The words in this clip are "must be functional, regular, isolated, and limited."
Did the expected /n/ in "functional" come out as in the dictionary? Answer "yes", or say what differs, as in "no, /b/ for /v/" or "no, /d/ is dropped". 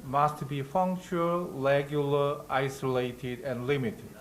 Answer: no, /n/ is dropped